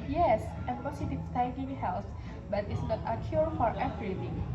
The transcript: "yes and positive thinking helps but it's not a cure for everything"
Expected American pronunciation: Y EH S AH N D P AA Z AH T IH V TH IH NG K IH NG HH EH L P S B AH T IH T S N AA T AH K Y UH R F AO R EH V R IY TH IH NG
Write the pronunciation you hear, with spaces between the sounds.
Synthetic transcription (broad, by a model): Y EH S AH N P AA S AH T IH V S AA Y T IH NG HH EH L S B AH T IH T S N AA T AH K Y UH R F AO R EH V R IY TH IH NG